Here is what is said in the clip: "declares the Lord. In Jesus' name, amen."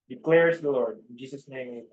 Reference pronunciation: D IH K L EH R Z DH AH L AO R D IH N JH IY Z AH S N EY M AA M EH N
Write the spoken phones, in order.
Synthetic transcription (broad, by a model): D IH K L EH R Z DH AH L AO R D IH N JH IY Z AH S N EY AA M